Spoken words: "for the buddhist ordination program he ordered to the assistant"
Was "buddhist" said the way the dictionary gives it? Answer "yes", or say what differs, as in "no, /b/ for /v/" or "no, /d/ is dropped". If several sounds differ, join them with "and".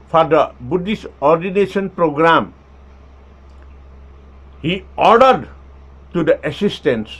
no, /t/ is dropped